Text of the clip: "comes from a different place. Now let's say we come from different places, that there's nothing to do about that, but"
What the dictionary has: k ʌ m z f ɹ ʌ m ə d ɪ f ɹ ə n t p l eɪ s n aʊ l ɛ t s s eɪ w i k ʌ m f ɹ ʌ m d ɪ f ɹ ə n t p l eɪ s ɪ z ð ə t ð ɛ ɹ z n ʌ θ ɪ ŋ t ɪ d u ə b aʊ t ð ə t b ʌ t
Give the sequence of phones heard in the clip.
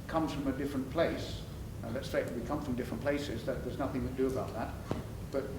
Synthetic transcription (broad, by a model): k ʌ m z f ɹ ʌ m ə d ɪ f ɹ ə n p l eɪ s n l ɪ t s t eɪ w i k ʌ m f ɹ ʌ m d ɪ f ɹ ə n p l eɪ s ɪ z ð ə t ð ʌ ɹ z n ʌ θ ɪ ŋ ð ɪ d ə b aʊ t ð ə t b ʌ t